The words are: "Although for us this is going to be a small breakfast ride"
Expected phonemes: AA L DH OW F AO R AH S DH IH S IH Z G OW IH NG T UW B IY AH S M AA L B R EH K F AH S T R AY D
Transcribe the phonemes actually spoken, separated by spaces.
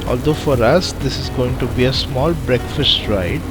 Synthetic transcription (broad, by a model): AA L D OW F AO R AH S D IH S IH Z G OW IH NG T UW B IY AH S M AA L B R EH K F AH S T R AY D